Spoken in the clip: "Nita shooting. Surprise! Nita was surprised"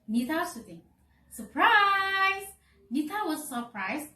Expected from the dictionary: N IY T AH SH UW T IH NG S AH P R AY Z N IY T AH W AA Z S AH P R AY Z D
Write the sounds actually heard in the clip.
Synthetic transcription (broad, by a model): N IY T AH S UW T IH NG S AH P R AY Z N IY T AH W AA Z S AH P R AY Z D